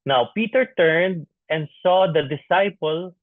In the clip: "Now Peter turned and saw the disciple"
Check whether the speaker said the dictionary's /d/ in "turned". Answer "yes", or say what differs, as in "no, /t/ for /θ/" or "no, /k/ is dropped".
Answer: yes